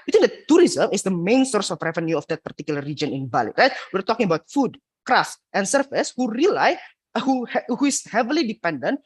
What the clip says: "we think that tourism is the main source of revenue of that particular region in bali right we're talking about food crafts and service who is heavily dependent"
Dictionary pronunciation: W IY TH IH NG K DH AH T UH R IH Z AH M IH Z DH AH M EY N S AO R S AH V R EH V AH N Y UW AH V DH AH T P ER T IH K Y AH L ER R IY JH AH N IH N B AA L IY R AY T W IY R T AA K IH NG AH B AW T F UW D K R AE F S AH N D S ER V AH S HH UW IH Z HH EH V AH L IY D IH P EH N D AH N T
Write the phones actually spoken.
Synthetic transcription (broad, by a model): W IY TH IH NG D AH T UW R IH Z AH M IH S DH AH M EY N S AO R S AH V R EH V AH N Y UW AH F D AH T P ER T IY K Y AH L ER R IY JH AH N IH N B AA L IY R AY T W IY R T AA K IH NG AH B AW T F UW D K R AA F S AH N S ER F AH S HH UW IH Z HH EH V AH L IY D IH P EH N D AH N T